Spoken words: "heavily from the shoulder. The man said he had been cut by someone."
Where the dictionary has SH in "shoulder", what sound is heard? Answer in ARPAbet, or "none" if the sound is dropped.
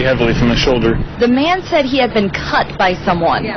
SH